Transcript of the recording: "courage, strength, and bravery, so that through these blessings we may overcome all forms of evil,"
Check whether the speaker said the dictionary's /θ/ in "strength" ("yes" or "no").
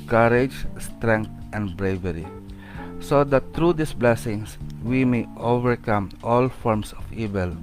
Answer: no